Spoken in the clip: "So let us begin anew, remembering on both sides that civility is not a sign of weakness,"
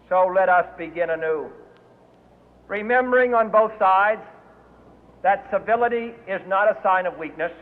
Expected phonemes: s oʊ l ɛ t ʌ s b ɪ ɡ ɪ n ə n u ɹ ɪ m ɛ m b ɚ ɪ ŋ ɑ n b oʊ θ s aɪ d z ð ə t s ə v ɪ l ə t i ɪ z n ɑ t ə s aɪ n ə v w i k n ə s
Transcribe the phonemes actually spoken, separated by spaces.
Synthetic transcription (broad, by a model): s oʊ l ɛ t ʌ s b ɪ ɡ ɪ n ə n u ɹ ɪ m ɛ m b ɚ ɪ ŋ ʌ n b oʊ θ s aɪ d z ð ə t s ə v ɪ l ə t i ɪ z n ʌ t ə s aɪ n ə v w i k n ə s